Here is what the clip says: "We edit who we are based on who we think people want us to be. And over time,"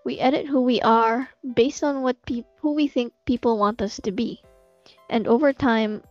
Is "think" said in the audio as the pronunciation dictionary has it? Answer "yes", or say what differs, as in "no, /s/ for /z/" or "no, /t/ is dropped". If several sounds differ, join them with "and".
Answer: yes